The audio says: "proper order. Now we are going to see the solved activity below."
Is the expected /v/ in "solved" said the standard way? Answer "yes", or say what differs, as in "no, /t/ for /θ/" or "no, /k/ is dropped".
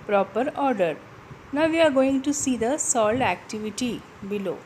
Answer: no, /v/ is dropped